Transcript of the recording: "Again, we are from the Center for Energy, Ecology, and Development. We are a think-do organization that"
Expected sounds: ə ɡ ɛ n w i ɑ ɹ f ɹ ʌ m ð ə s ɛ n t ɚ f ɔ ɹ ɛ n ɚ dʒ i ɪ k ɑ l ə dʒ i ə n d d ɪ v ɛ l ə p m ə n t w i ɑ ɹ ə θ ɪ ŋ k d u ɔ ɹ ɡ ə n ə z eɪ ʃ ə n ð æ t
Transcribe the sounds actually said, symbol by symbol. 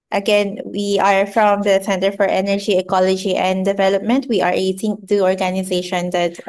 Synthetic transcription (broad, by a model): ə ɡ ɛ n w i ɑ ɹ f ɹ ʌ m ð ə s ɛ n t ɚ f ɔ ɹ ɛ n ɚ dʒ i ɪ k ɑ l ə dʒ i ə n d d ɪ v ɛ l ə p m ə n t w i ɑ ɹ ə t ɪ ŋ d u ɔ ɹ ɡ ə n ə z eɪ ʃ ə n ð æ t